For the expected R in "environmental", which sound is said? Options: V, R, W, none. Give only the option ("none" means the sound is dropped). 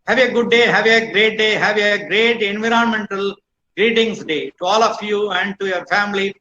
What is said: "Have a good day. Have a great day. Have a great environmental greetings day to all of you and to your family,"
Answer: R